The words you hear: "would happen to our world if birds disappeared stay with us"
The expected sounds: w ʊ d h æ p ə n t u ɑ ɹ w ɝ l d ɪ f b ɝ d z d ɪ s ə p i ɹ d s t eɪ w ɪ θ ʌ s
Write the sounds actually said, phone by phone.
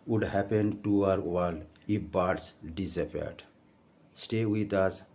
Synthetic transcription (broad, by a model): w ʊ d h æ p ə n t u ɑ ɹ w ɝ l ɪ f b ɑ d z d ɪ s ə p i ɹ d s t eɪ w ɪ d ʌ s